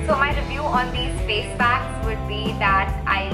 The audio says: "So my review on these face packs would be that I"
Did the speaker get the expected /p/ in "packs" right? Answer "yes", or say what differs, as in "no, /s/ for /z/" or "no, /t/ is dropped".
no, /b/ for /p/